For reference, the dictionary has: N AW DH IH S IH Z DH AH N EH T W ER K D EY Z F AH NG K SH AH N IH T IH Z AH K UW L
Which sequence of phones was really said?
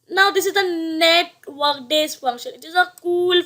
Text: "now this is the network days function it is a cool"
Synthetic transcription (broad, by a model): N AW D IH S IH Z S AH N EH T W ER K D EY S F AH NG SH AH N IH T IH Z AH K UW L